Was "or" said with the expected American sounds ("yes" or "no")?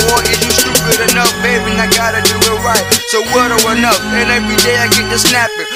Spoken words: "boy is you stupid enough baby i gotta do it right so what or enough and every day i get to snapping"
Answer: no